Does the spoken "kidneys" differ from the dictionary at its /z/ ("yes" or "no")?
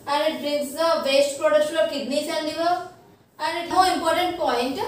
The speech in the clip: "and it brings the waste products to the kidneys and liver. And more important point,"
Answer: yes